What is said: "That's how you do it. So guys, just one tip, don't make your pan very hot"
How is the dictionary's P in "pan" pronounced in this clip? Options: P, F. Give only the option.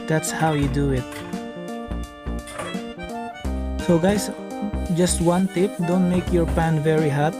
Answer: P